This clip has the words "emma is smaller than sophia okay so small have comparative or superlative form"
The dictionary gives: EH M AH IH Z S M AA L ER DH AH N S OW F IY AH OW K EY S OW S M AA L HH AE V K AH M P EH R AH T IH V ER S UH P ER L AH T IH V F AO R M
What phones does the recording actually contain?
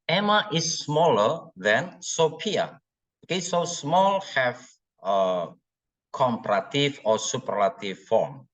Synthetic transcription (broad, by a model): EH M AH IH S M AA L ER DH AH N S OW P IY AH OW K EY S OW S M AA L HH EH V K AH M P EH R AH T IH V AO S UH P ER L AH T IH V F AO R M